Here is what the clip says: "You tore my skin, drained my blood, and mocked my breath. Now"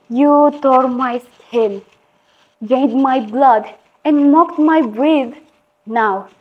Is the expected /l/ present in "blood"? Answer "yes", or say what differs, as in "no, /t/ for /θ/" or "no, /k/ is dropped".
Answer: yes